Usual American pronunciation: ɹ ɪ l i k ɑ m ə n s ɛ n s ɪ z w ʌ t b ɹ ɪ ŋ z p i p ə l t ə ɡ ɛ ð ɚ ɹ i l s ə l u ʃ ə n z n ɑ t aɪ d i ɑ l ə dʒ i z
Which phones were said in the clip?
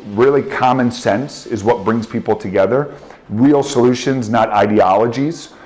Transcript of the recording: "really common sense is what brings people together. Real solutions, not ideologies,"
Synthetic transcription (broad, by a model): ɹ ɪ l i k ɑ m ə n s ɛ n s ɪ z w ʌ t b ɹ ɪ ŋ z p i p l t ə ɡ ɛ ð ɚ ɹ i l s ə l u ʃ ə n z n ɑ t aɪ d i ɑ l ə dʒ i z